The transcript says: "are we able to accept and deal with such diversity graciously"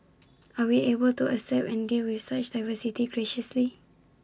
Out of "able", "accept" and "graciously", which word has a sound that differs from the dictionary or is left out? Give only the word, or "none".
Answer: accept